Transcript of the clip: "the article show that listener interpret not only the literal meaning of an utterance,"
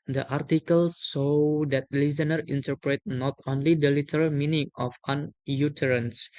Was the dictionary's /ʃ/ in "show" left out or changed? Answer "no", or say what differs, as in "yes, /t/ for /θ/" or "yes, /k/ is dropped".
yes, /s/ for /ʃ/